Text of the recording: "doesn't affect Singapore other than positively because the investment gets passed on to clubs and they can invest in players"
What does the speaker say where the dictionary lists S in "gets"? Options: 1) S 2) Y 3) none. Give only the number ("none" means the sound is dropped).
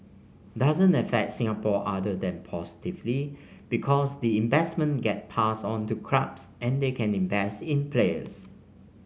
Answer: 3